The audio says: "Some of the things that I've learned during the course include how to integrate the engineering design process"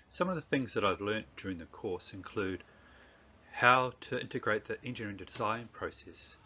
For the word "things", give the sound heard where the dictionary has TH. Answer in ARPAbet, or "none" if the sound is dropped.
TH